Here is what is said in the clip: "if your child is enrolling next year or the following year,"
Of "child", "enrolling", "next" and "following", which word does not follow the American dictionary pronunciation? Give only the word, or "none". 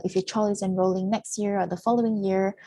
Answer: child